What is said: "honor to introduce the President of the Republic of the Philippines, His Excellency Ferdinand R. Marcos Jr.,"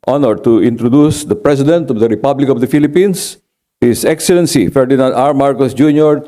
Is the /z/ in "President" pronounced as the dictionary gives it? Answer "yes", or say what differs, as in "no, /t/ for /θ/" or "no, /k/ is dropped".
no, /s/ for /z/